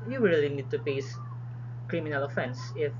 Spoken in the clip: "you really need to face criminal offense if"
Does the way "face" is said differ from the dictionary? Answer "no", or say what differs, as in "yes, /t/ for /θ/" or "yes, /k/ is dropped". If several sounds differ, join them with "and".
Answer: yes, /p/ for /f/